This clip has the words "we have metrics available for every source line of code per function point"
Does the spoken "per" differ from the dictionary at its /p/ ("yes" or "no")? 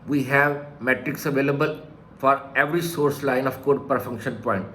no